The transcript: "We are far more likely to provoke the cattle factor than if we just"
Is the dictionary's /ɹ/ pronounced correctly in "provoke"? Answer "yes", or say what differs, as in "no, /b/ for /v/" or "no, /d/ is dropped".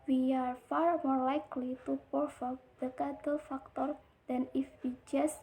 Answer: no, /ɹ/ is dropped